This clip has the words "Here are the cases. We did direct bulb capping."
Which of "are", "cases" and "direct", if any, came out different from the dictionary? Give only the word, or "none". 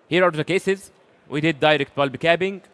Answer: none